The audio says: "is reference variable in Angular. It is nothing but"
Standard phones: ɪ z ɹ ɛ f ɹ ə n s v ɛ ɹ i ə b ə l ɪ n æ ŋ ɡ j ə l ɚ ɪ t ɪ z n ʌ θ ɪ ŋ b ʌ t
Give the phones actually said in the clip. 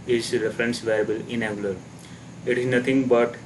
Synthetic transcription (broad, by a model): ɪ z ɹ ɛ f ɹ ə n s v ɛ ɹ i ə b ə l ɪ n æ ɡ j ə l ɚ ɪ t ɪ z n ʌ t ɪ ŋ b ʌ t